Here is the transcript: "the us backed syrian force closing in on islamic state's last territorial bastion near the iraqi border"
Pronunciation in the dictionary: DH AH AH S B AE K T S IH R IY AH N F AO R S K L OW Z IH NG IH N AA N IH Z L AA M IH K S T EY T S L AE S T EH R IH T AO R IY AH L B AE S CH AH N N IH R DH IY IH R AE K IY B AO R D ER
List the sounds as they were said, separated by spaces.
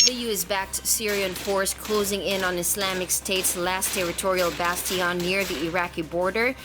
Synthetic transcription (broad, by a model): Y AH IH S B AE K T S IH R IY AH N F AO R S K L OW Z IH NG IH N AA N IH S L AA M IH K S T EY T S L AE S T EH R IH T AO R IY AH L B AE S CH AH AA N IH R DH IY IH R AE K IY B AO R D ER